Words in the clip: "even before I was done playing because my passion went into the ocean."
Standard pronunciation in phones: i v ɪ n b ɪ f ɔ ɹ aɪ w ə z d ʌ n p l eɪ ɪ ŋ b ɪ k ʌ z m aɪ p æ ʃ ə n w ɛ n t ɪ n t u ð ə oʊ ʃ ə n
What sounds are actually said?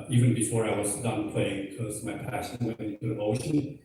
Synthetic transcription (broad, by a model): i v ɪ n b ɪ f ɔ ɹ aɪ w ə z d ʌ n p l eɪ ɪ ŋ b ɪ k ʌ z m aɪ p æ ʃ ə n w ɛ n ɪ n t u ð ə oʊ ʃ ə n